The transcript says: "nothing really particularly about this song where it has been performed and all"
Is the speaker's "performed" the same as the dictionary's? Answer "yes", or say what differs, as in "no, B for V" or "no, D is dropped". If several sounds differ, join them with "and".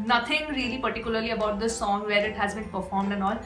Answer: yes